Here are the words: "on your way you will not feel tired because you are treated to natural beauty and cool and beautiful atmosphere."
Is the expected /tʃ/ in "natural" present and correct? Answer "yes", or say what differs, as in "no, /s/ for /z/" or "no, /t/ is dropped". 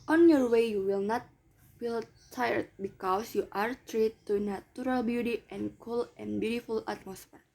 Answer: no, /tʃ/ is dropped